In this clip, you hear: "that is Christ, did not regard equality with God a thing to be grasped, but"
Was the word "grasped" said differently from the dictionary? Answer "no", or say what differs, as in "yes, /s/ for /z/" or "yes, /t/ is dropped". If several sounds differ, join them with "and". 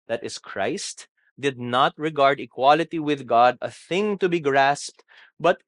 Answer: no